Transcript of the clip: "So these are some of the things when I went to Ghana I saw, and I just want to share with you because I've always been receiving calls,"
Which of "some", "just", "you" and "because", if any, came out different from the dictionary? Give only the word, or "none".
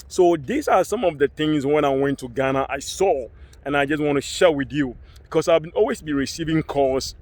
because